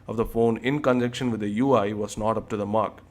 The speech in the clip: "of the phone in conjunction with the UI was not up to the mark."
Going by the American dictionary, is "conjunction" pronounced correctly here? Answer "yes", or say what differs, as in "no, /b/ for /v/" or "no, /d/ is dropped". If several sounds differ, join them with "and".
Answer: no, /ŋ/ is dropped